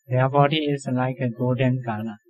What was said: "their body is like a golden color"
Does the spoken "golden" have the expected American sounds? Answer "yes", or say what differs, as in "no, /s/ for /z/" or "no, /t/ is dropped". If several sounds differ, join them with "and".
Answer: no, /l/ is dropped